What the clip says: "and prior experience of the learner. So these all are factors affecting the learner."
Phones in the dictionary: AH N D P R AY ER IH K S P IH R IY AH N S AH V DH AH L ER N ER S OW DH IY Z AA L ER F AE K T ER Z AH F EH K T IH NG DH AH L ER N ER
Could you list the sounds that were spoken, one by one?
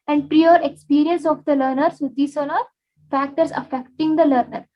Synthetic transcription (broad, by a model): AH N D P R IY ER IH K S P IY R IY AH N S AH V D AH L ER N ER S OW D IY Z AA N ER F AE K T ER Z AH F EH K T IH NG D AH L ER N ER